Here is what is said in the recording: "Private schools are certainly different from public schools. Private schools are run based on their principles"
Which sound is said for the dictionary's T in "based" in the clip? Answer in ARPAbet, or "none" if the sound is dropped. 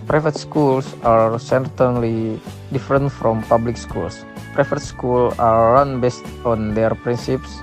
T